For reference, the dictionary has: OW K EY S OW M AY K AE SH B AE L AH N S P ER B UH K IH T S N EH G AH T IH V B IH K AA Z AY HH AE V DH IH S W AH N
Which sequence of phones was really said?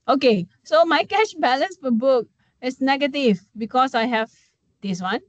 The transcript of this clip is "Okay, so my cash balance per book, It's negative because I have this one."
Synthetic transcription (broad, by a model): OW K EY S OW M AY K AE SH B AE L AH N S F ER B UH K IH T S N EH G AH T IH V B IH K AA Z AY HH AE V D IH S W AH N